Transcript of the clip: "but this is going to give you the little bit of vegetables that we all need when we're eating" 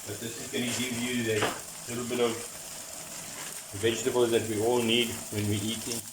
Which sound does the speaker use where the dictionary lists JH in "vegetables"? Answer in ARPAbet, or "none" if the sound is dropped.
JH